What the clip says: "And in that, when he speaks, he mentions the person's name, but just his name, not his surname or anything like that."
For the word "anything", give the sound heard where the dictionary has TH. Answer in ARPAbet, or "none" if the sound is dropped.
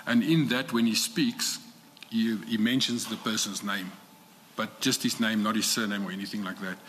TH